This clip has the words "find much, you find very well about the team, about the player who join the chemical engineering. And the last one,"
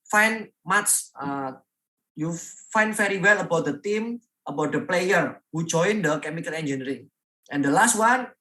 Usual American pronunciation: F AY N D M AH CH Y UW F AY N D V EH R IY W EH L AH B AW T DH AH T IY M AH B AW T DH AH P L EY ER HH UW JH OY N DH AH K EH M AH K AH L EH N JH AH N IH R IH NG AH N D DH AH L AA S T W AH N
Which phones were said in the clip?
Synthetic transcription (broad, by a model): F AY N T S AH Y UW F AY N D F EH R IY W EH L AH B AW T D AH T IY M AH B AW T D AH P L EY ER HH UW JH OY N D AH K EH M AH K AH L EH N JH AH N R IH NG AH N D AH L AA S T W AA N